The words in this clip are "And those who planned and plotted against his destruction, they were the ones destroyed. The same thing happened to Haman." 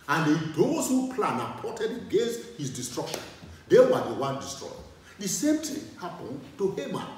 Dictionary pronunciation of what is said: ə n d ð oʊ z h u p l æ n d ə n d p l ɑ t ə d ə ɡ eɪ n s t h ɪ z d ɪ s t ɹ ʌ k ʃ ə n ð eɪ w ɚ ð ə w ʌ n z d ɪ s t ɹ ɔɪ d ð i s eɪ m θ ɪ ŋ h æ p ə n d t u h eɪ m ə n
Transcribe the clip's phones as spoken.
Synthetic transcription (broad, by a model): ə n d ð oʊ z h u p l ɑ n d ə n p ɑ t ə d ə ɡ eɪ n s t h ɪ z d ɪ s t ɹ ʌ k ʃ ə n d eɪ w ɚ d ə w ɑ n d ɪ s t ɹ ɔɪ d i s eɪ m t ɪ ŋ h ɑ p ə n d t u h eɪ m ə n